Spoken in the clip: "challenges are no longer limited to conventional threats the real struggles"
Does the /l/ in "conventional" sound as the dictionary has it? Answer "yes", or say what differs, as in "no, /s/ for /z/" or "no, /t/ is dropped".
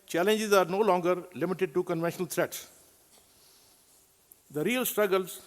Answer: yes